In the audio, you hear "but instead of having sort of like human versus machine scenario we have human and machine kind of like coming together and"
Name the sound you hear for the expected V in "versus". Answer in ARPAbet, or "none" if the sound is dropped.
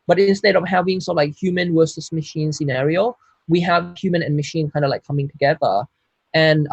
W